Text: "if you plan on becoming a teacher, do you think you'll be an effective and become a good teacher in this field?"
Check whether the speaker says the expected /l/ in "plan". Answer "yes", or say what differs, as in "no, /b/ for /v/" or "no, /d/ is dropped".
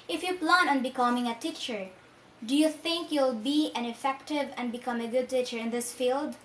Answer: yes